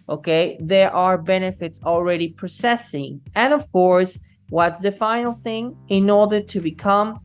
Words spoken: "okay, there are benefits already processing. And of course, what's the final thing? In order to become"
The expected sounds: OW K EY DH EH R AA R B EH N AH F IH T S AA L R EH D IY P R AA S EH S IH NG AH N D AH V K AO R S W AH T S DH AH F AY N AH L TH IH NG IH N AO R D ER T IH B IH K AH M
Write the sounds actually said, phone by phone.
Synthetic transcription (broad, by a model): OW K EY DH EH R AA R B EH N AH F IH T S AA L R EH D IY P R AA S EH S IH NG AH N AH V K AO R S W AH T S DH AH F AY N L TH IH NG IH N AO R D ER T IH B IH K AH M